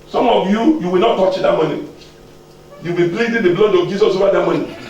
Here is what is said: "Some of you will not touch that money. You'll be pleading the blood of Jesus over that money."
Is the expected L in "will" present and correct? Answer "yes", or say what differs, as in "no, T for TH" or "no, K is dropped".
no, W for L